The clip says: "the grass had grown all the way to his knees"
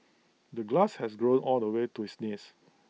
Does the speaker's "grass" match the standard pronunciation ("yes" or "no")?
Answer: no